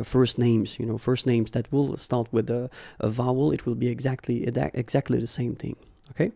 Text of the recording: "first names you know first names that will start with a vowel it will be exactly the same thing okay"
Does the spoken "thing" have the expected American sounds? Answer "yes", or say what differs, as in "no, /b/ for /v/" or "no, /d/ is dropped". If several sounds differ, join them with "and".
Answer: yes